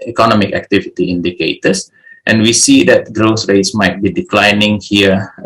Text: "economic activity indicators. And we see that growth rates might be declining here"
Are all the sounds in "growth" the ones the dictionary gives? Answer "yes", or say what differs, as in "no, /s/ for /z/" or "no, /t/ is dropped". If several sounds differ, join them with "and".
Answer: no, /s/ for /θ/